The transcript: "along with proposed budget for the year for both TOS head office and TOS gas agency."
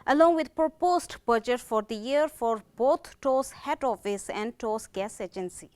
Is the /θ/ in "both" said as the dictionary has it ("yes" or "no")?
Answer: no